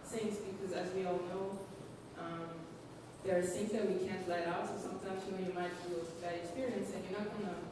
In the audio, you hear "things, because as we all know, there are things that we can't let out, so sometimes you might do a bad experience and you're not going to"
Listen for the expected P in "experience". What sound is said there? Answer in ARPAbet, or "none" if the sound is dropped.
P